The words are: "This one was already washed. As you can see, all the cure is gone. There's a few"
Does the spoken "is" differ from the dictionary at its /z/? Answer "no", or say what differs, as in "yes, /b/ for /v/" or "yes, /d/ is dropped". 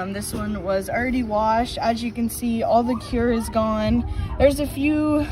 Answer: no